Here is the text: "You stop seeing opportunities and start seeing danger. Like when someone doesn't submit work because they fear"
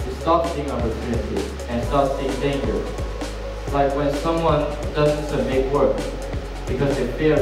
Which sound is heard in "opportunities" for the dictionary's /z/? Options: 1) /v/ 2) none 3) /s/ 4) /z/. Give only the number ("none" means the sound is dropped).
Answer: 2